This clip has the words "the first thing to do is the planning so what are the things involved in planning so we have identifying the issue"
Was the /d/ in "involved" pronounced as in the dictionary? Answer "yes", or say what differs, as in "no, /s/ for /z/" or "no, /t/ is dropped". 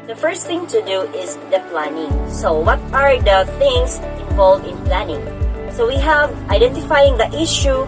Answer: no, /d/ is dropped